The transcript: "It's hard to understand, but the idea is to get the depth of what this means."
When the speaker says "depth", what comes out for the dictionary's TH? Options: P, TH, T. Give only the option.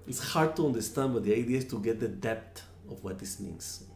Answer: T